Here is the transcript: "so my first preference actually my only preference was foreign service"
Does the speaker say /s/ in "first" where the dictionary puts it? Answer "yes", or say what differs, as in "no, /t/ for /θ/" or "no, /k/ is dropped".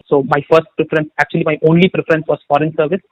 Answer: yes